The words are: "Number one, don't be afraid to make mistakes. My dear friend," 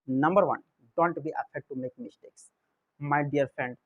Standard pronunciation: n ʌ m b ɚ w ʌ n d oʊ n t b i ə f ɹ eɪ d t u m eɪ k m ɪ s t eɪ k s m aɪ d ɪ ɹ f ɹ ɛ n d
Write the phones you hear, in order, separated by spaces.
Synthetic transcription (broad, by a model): n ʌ m b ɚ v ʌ n d oʊ n t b i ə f eɪ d t u m eɪ k m ɪ s t eɪ k s m aɪ d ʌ ɹ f ɹ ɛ n d